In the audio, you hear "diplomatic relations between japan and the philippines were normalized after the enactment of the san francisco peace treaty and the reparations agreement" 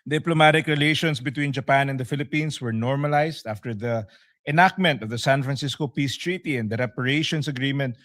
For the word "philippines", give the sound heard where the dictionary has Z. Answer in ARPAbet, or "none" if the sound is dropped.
S